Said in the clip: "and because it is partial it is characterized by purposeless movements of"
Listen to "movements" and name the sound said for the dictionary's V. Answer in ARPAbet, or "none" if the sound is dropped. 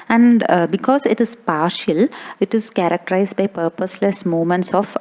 none